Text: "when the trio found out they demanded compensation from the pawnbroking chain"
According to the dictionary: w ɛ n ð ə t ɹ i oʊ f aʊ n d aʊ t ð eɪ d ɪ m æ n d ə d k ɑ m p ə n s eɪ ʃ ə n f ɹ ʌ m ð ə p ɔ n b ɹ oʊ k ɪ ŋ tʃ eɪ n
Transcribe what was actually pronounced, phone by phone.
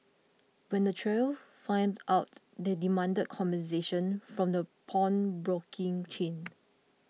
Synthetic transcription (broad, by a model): w ɛ n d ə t ɹ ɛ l f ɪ n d aʊ t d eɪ d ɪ m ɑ n d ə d k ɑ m b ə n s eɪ ʃ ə n f ɹ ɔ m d ə p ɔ n b ɹ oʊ k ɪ ŋ tʃ eɪ n